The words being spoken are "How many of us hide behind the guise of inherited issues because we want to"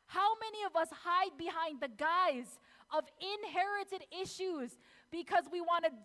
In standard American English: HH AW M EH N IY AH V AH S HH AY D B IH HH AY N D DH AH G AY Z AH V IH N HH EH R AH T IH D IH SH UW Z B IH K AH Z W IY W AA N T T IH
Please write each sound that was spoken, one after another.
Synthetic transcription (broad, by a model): HH AW M EH N IY AH V AH S HH AY D B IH HH AY N DH AH G AY Z AH V IH N HH EH R AH T IH D IH SH UW Z B IH K AH Z W IY W AA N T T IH